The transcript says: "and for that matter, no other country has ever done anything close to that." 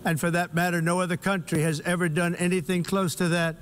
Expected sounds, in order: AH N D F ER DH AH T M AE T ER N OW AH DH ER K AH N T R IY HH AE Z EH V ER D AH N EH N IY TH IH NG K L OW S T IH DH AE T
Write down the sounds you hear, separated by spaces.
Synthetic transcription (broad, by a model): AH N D F ER DH AH T M AE T ER N OW AH DH ER K AH N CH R IY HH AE Z EH V ER D AH N EH N IY TH IH NG K L OW S T IH DH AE T